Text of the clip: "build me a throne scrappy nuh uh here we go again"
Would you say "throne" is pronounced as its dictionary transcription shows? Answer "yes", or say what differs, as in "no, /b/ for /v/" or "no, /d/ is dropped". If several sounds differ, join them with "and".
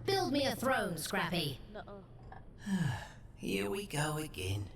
yes